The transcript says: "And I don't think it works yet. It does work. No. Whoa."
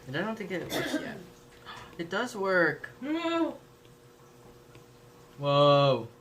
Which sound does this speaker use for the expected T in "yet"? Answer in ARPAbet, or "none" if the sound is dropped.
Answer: none